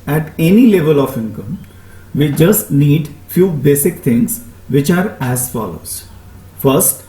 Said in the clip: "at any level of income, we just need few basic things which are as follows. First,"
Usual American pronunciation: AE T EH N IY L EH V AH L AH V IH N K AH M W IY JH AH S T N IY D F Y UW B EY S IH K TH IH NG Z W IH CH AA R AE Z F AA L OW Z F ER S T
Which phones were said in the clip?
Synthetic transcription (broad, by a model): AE T EH N IY L EH V AH L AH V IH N K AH M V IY JH AH S T N IY D F Y UW B EY S IH K T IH NG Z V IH CH AA R AE Z F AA L OW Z F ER S T